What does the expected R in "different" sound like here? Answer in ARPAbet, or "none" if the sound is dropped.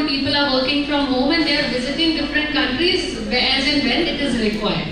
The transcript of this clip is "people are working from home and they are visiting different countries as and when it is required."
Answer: R